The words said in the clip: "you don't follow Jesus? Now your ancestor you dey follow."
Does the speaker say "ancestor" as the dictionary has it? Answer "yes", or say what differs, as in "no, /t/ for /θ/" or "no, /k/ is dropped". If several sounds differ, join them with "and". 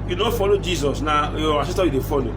no, /n/ is dropped